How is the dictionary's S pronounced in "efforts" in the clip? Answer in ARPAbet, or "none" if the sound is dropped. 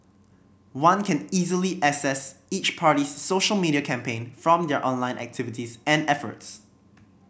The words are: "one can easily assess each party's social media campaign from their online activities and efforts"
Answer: S